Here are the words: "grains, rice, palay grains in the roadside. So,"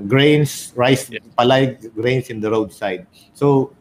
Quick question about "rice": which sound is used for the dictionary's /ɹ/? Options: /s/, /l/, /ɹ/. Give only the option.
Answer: /ɹ/